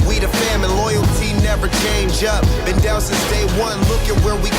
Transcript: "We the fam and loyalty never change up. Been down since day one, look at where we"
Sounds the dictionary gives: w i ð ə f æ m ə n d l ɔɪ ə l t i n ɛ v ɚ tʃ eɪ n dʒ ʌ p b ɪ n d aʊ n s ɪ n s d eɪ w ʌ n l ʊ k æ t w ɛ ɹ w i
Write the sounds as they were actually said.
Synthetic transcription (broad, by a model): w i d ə f æ m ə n l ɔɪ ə l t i n ɛ v ɚ tʃ eɪ n dʒ ʌ p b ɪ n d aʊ l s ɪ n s d eɪ w ʌ n l ʊ k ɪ t w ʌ ɹ w i